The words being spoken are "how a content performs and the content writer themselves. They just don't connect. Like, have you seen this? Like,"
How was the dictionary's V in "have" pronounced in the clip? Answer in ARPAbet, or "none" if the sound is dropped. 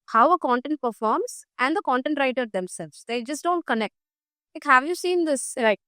V